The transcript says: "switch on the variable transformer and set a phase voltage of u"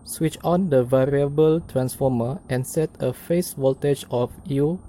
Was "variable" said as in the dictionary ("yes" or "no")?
yes